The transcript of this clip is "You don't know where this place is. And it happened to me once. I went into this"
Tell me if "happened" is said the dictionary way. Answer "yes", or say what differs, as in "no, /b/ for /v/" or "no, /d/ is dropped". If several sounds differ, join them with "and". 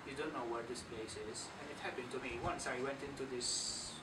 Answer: yes